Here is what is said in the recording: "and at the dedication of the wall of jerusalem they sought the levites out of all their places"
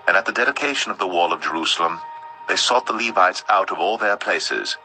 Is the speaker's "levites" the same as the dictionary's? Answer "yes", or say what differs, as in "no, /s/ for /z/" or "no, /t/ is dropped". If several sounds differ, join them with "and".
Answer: yes